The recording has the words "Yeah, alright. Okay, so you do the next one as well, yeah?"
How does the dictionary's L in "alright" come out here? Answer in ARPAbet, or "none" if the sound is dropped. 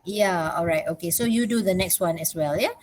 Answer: L